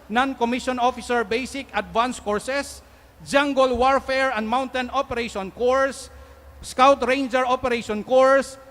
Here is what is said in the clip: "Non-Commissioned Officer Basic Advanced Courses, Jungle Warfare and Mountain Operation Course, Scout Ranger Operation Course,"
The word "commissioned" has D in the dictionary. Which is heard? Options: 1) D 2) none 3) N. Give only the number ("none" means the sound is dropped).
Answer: 2